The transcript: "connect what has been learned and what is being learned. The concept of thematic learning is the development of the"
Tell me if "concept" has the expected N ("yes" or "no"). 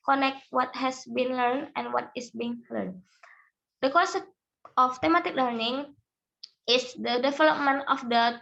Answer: no